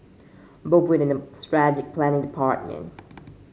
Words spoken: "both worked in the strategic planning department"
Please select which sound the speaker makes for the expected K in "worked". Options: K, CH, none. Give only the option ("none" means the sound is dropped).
none